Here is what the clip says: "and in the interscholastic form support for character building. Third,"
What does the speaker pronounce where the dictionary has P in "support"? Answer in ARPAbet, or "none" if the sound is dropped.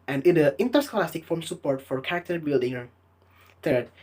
P